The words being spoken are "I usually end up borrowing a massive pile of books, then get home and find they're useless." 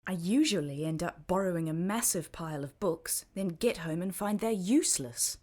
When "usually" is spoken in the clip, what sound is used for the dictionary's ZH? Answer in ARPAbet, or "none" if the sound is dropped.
ZH